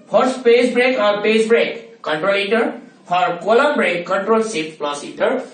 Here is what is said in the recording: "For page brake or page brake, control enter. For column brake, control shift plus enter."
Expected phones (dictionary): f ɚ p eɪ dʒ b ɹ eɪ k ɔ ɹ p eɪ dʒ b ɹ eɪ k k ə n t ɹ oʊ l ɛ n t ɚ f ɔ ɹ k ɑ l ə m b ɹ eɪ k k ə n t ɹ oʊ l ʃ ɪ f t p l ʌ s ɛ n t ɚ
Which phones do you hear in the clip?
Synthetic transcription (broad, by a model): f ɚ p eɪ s b ɹ eɪ k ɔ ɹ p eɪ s b ɹ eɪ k k ə n t ɹ oʊ l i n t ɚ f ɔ ɹ k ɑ l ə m b ɹ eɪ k k ə n t ɹ oʊ l s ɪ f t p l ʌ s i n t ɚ